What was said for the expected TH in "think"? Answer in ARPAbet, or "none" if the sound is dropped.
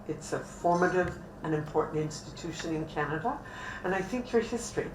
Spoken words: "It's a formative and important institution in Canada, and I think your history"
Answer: TH